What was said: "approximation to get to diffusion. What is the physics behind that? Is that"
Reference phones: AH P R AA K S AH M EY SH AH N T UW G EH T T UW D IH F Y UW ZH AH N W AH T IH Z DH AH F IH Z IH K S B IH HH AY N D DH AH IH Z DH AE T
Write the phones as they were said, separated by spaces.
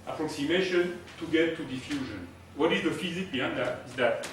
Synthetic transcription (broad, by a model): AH P R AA K S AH M EY SH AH N T UW G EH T T UW D IH F Y UW ZH AH N W AH T IH Z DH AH F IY Z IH K B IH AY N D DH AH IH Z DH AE T